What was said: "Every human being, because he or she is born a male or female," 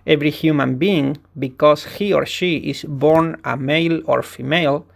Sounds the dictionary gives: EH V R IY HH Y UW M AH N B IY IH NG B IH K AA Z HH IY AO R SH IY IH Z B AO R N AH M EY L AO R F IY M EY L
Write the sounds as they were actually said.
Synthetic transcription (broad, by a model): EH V R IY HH Y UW M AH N B IY IH NG B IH K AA S HH IY AO R SH IY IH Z B AO R N AH M EY L AO R F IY M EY L